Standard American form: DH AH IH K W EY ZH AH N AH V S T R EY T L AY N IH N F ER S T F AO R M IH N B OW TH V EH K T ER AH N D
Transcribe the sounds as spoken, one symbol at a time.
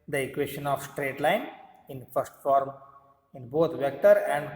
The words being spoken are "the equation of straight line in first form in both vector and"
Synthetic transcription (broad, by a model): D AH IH K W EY SH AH N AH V S T R EY T L AY N IH N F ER S T F AO R M IH N B OW T V EH K T ER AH N D